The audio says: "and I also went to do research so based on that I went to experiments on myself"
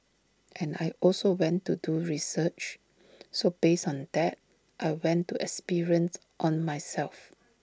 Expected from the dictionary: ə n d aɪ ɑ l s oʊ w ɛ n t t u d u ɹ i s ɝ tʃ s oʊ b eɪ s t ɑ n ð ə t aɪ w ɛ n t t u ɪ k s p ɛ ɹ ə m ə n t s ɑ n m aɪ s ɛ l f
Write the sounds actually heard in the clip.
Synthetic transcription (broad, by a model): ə n aɪ ɑ l s oʊ w ɛ n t t u d u ɹ i s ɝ tʃ s oʊ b eɪ s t ɑ n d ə t aɪ w ɛ n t t u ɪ k s p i ɹ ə ə n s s ɑ n m aɪ s ɛ l f